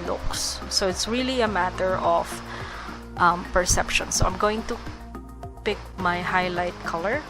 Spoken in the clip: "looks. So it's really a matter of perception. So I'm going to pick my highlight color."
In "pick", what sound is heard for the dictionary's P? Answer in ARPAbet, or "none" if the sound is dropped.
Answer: P